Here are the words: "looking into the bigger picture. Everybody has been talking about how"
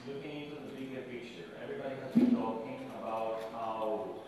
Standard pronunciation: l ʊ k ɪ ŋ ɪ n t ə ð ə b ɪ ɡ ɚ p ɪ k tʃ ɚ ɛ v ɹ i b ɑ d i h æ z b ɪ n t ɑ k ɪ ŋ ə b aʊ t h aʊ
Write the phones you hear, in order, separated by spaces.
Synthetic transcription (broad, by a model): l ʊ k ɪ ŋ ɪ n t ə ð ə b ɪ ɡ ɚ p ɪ tʃ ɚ ɛ v ɹ i b ɑ d i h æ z b ɪ n t ɑ k ɪ ŋ ə b aʊ t h aʊ